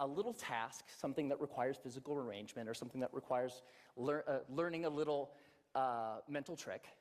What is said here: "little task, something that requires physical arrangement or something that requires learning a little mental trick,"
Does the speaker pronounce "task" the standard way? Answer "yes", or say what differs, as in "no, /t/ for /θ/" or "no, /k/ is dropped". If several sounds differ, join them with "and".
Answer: yes